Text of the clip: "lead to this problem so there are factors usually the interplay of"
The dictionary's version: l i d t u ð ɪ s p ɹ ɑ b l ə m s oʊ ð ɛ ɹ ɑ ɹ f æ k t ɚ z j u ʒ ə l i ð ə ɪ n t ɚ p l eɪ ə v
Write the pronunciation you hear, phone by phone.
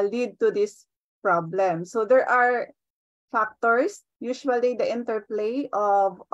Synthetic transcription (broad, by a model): l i d t u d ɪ s p ɹ ɑ b l ə m s oʊ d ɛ ɹ ɑ ɹ f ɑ k t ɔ s j u ʃ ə l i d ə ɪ n t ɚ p l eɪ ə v